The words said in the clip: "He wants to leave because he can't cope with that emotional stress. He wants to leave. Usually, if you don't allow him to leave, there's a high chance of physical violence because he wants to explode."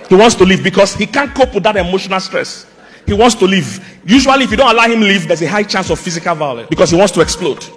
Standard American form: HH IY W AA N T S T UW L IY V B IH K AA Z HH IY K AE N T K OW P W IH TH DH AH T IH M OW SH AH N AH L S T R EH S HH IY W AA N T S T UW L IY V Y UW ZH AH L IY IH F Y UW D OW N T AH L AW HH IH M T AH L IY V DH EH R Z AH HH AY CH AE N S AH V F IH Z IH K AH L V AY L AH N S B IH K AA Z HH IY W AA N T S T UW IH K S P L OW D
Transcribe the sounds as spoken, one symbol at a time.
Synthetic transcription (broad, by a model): HH IY W AA N T S T UW L IY V B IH K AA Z HH IY K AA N K OW P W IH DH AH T IH M OW SH AH N AH L S T R EH S HH IY W AA N T S T UW L IY V Y UW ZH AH W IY IH F Y UW D OW N T AH L AW HH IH M L IY V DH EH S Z AH HH AY CH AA N S AH V F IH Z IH K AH L V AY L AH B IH K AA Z HH IY W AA N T S T UW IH K S P L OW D